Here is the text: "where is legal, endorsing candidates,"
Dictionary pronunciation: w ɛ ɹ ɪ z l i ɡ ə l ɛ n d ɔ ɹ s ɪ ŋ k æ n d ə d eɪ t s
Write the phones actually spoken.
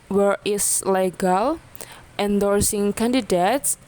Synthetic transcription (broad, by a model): w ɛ ɹ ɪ s l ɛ ɡ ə l ɛ n d ɔ ɹ s ɪ ŋ k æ n d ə d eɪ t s